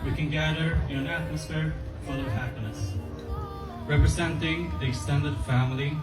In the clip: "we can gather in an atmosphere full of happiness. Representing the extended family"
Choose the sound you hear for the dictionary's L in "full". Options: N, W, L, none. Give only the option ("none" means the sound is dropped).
N